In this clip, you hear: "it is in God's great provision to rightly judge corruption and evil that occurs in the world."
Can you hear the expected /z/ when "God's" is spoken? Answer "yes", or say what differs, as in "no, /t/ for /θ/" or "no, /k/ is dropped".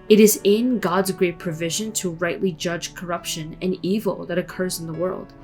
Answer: yes